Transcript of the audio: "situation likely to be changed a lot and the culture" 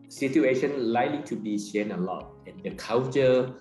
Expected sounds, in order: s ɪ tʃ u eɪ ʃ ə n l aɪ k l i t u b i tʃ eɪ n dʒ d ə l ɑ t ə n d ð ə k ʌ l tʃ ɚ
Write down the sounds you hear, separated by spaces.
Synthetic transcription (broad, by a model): s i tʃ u eɪ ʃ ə n l aɪ k l i t u b i ʃ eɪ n ə l ɑ t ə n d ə k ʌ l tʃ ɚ